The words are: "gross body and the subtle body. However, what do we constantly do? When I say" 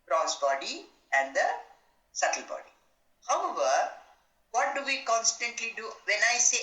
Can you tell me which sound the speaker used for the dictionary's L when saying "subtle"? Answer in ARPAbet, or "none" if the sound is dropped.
L